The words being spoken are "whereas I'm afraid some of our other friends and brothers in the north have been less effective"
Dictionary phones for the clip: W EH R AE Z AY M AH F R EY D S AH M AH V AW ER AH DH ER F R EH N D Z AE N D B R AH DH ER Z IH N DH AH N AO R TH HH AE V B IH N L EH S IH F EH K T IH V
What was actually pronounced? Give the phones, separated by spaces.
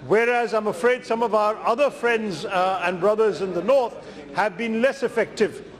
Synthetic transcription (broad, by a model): W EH R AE Z AY M AH F R EY D S AH M AH V AW ER AH DH ER F R EH N D Z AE N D B R AH DH ER Z IH N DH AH N AO R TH HH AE V B IH N L EH S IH F EH K T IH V